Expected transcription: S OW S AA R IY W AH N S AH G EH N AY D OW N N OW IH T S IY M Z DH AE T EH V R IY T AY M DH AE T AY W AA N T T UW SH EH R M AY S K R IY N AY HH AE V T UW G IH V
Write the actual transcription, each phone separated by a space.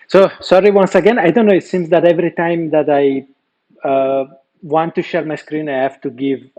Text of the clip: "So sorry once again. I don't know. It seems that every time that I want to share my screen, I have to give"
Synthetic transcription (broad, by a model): S OW S AA R IY W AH N S AH G EH N AY D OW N N OW IH T S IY M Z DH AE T EH V R IY T AY M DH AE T AY W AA N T T UW SH EH R M AY S K R IY N AY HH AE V T UW G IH V